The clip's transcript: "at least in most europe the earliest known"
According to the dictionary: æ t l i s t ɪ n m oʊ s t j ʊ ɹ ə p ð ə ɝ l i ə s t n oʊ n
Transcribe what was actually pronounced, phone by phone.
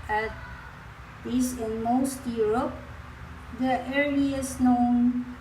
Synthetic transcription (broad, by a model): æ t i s ɪ n m oʊ s t j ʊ ɹ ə p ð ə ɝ i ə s n oʊ n